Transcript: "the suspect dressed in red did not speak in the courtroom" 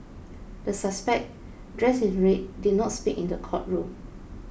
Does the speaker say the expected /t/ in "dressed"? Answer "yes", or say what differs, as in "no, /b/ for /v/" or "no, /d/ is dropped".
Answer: no, /t/ is dropped